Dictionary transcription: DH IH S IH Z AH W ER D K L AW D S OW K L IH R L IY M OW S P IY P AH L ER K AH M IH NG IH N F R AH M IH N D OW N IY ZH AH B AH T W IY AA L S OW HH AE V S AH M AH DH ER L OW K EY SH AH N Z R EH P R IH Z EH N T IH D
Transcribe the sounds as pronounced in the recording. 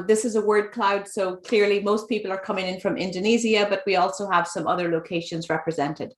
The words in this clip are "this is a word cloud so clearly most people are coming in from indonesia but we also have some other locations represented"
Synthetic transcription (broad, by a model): DH IH S IH Z AH W ER D K L AW D S OW K L IH R L IY M OW S P IY P AH L ER K AH M IH NG IH N F R AH M IH N D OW N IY Z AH B AH T W IY AA L S OW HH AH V S AH M AH DH ER L OW K EY SH AH N Z R EH P R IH Z EH N T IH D